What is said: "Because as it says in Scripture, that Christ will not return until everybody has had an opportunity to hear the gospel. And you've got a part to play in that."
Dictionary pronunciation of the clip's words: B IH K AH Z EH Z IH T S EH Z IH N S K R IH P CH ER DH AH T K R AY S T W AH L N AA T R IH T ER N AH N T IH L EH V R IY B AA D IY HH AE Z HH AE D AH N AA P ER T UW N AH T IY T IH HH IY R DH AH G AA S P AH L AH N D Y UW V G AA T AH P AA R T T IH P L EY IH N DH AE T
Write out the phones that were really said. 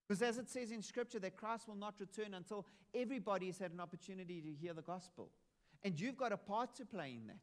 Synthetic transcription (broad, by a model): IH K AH Z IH Z IH T S EH Z IH N S K R IH P CH ER DH AH T K R AY S T W AH L N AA T R IH T ER N AH N T IH L EH V R IY B AA D IY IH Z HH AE D AH N AA P ER T UW N AH T IY T IH HH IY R DH AH G AA S P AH L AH N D Y UW V G AA T AH P AA R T T IH P L EY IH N DH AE T